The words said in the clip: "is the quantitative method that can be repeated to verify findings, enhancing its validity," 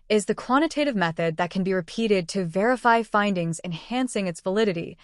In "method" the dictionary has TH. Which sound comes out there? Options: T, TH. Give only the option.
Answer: TH